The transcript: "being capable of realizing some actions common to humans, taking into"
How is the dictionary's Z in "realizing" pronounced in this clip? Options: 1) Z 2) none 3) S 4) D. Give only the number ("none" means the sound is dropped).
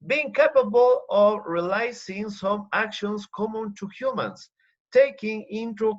3